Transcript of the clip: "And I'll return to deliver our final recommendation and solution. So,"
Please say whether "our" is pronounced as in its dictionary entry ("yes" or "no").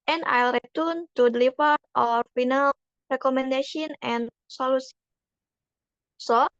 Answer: yes